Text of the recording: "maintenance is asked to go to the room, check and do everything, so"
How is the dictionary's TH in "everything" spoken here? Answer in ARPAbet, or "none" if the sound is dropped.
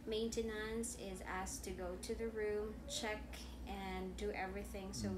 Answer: TH